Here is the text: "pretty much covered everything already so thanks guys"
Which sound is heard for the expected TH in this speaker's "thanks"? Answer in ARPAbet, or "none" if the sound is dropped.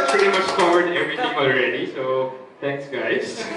T